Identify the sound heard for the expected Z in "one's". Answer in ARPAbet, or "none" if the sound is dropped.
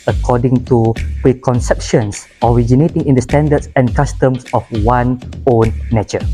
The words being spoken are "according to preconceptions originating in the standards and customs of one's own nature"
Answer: none